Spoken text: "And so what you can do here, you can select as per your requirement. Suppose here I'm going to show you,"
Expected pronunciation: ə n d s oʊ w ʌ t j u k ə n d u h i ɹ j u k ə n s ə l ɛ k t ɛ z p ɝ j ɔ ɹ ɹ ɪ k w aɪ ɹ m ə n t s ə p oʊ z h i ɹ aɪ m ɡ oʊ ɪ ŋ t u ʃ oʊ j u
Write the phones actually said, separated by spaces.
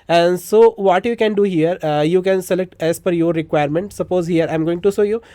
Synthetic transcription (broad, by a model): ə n d s oʊ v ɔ t j u k ə n d u h i ɹ j u k ə n s ə l ɛ k t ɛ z f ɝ j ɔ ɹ ɹ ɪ k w aɪ ɹ m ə n t s ə p oʊ z h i ɹ aɪ m ɡ oʊ ɪ ŋ t u s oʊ j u